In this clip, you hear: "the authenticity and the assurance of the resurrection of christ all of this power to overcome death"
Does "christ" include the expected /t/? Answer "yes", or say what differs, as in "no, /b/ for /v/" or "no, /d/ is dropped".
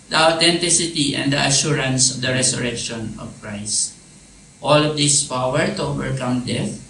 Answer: yes